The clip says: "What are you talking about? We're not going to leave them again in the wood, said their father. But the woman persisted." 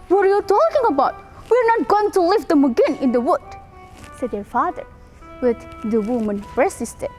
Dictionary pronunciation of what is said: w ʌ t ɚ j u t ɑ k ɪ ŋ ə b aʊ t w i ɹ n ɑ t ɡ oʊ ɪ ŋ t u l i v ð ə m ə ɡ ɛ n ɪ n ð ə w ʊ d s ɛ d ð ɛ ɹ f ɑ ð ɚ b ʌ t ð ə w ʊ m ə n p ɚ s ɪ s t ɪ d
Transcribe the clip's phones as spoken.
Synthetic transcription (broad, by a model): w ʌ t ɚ j u t ɑ k ɪ ŋ ə b aʊ t w i ɹ n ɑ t ɡ oʊ ɪ ŋ t u l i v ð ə m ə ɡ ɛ n ɪ n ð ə w ʊ d s ɛ d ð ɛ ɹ f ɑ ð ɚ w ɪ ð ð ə w ʊ m ə n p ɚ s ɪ s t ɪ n